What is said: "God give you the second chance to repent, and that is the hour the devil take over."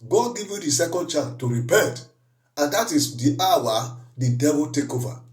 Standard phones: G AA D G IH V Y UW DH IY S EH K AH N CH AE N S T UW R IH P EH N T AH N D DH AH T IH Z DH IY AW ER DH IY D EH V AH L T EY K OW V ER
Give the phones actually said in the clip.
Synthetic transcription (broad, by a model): G AA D G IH V Y UW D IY S EH K AH N CH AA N T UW R IH P EH N T AH N D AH T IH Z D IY AW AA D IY D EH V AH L T EY K OW V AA